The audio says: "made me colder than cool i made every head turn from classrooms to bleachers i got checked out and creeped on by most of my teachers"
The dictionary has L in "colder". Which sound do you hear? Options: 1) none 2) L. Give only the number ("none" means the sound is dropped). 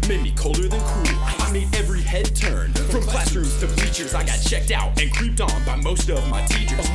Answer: 2